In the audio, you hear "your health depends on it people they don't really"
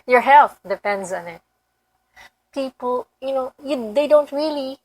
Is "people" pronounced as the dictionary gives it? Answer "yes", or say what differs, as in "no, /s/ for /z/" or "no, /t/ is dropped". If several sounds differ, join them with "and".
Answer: no, /n/ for /l/